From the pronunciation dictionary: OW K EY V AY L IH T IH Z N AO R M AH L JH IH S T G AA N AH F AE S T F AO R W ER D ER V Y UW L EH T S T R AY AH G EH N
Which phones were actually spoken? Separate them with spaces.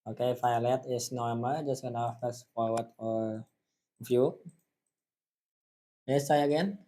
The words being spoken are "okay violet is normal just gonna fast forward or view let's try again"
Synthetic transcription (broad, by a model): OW K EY F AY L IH T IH S N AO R M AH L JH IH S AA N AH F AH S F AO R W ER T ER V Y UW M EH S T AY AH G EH N